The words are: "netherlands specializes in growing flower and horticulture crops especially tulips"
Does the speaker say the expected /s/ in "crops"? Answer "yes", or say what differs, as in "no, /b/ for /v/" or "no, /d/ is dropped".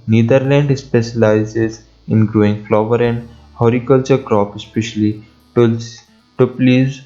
no, /s/ is dropped